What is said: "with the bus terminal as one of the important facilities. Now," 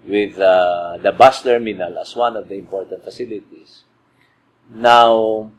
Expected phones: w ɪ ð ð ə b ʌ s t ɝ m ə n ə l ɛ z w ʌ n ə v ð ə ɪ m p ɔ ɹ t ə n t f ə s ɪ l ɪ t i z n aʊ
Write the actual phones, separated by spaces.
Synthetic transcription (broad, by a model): w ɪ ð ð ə b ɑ s t ɝ m ə n ə l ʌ s w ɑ n ə v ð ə ɪ m p ɔ ɹ t ə n t f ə s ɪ l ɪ t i s n aʊ